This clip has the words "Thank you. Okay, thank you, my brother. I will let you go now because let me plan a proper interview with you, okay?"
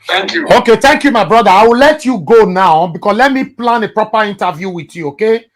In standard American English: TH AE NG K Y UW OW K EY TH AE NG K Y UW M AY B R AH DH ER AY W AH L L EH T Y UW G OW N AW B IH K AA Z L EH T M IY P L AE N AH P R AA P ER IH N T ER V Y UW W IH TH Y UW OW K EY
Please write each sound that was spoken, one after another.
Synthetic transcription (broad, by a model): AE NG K Y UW OW K EY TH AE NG K Y UW M AY B R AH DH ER AY W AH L L EH T Y UW G OW N AW B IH K AA S L EH T M IY P L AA N AH P R AA P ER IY N T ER V Y UW W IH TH Y UW OW K EY